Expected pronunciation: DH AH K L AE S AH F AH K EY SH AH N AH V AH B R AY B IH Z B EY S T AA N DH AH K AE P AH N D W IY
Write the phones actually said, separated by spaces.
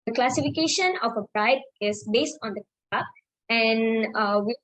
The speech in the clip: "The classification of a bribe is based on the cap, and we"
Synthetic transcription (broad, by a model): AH K L AE S AH F AH K EY SH AH N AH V AH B R AY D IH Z B EY S T AA N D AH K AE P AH N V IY